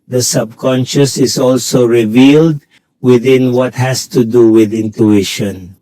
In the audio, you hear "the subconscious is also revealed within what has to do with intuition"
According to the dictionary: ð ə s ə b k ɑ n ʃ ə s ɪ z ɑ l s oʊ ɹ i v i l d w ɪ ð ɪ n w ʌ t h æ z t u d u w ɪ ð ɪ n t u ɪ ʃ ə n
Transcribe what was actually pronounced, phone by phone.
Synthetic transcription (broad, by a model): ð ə s ə b k ɑ n ʃ ə s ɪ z ɑ l s oʊ ɹ i v i l d w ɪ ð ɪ n w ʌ t h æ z t u d u w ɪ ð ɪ n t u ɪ ʃ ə n